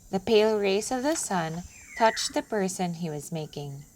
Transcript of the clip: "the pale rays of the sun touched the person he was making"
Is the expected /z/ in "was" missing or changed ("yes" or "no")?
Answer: no